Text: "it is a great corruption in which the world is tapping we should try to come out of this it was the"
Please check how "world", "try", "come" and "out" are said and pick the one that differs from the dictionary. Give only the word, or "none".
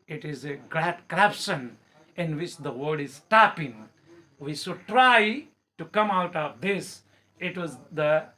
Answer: world